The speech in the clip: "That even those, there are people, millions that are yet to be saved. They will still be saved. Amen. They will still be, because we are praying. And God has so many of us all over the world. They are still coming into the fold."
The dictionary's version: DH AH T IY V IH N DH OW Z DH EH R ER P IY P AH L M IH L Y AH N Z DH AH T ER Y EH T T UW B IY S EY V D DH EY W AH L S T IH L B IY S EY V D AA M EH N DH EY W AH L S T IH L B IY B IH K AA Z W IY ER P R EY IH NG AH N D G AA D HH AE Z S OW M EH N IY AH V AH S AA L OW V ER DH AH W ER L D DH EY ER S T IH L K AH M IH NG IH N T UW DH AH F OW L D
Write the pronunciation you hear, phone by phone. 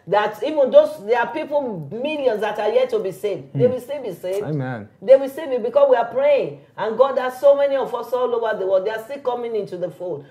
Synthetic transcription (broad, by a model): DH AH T IY V IH N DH OW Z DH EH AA P IY P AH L M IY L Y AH N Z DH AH T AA Y EH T T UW B IY S EY V D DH EY W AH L S T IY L B IY S EY V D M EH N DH EY W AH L S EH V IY B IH K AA S W IY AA P R EY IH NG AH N G AA D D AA S OW M EH N IY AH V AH S AA L OW V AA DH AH W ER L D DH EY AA S T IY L K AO M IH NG IH N T UW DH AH F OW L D